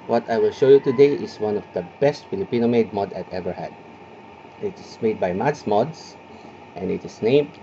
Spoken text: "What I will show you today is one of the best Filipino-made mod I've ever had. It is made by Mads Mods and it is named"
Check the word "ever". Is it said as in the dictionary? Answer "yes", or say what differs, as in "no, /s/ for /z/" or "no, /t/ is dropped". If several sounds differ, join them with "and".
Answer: yes